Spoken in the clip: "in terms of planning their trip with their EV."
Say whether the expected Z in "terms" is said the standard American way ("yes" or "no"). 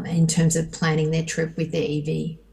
yes